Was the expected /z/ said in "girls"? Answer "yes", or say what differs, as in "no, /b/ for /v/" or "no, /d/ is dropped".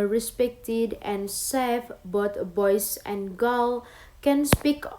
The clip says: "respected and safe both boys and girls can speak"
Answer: no, /z/ is dropped